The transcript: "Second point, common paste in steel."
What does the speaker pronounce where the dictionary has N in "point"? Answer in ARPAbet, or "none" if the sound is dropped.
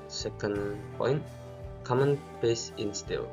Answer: N